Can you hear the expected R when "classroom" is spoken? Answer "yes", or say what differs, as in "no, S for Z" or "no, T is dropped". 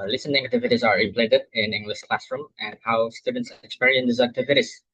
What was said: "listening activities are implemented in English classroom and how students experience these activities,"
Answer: yes